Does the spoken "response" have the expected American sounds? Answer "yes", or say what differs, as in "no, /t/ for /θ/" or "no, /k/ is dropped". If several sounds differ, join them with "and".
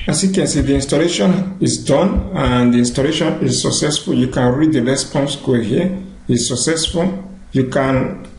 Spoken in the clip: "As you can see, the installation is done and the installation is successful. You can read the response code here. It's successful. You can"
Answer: no, /l/ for /ɹ/